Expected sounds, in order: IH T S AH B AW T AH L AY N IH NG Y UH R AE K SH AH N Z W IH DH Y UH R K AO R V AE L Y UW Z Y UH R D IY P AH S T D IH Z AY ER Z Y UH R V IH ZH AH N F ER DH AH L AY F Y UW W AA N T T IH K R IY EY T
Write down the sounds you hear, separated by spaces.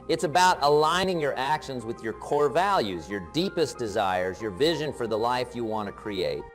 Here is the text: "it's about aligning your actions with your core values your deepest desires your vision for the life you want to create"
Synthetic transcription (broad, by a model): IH T S AH B AW T AH L AY N IH NG Y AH R AE K SH AH N Z W IH DH Y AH R K AO R V AE L Y UW Z Y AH R D IY P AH S D IH Z AY ER Z Y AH R V IH ZH AH N F ER DH AH L AY F Y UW W AA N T T IH K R IY EY T